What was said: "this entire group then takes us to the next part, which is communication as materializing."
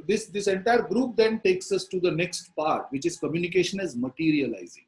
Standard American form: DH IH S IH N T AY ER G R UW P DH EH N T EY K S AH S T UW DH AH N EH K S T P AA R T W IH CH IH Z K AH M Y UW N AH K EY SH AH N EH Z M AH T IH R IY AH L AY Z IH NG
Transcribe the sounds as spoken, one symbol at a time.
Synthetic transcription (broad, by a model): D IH S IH N T AY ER G R UW P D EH N T EY K S AH S T UW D AH N EH K S T P AA R T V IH CH IH Z K AH M Y UW N AH K EY SH AH N EH Z M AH T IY R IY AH L AY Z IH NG